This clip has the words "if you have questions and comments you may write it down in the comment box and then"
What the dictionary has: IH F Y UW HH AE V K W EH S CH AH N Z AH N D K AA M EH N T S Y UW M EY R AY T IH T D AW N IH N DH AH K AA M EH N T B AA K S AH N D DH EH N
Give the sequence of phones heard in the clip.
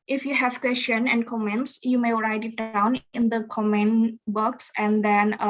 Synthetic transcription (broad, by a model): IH F Y UW HH AE V K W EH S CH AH N AH N D K AA M EH N T S Y UW M EY R AY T IH T D AW N IH N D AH K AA M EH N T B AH K S AH N D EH N